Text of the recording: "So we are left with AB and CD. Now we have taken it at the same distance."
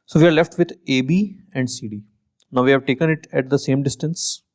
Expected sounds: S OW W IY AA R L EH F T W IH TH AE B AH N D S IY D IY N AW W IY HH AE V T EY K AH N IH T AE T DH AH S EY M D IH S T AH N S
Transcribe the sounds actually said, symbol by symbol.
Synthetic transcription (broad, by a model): S OW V IY AA R L EH F T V IH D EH B AH N D S IY D IY N AW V IY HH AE V T EY K AH N IH T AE T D AH S EY M D IH S T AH N S